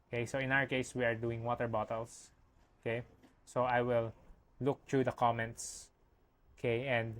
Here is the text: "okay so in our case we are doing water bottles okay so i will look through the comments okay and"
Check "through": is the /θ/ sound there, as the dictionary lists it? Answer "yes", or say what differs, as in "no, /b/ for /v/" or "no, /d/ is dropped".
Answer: no, /t/ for /θ/